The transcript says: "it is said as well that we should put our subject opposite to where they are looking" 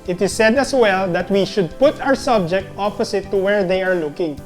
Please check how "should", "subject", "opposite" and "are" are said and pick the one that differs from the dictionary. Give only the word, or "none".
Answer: opposite